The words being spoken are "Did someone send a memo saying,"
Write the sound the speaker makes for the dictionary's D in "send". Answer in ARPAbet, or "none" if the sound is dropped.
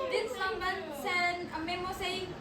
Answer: none